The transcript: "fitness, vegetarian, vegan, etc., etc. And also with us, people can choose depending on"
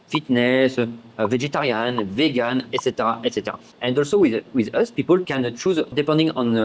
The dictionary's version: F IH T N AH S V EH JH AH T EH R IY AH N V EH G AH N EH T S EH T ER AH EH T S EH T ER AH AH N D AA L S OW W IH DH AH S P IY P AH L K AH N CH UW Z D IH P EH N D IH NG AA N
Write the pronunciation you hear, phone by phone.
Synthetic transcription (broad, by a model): F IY T N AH S V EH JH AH T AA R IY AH N V EH G AH N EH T S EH T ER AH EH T S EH T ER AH AH N D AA L S OW W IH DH AH S P IY P AH L K AH N CH UW Z D IH P EH N D IH NG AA N